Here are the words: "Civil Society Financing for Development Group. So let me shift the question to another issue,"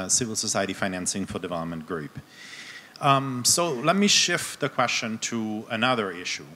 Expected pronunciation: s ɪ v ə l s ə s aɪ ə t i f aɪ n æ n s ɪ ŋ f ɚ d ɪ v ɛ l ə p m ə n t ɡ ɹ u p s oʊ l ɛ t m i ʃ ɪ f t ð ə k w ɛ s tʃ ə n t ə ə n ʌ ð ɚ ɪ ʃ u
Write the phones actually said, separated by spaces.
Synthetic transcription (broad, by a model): s ɪ v l s ə s aɪ ə t i f aɪ n æ n s ɪ ŋ f ɚ d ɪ v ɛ l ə p m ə n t ɡ ɹ u p s oʊ l ɛ t m i ʃ ɪ f t ð ə k w ɛ s tʃ ə n t ə ə n ʌ ð ɚ ɪ ʃ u